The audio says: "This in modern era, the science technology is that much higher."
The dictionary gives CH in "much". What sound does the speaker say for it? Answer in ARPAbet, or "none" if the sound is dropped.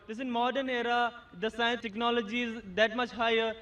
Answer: CH